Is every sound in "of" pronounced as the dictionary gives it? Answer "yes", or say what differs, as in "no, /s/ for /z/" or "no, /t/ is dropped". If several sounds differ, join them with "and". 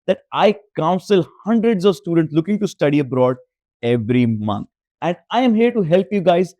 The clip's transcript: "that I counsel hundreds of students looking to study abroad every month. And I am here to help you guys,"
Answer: yes